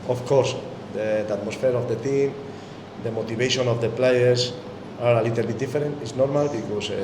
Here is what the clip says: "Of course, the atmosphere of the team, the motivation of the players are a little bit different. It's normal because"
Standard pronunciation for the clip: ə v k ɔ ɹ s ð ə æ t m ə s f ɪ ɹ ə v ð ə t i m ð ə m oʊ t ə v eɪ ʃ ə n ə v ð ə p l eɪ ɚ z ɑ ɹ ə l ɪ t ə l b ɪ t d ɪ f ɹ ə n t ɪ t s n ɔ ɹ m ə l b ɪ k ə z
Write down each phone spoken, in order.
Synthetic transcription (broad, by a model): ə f k ɔ ɹ s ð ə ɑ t m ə s f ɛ ɹ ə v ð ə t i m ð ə m oʊ t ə b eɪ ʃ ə n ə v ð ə p l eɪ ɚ s ɑ ɹ ə l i t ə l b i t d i f ɹ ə n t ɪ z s n ɔ ɹ m ə l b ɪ k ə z